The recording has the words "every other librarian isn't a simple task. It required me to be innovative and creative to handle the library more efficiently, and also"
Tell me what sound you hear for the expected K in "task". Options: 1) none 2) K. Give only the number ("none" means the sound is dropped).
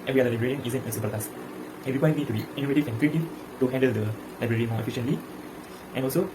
1